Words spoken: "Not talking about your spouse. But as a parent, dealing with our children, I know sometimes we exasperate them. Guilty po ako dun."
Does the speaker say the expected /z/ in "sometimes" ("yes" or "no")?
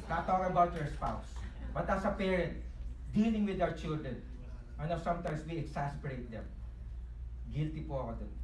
no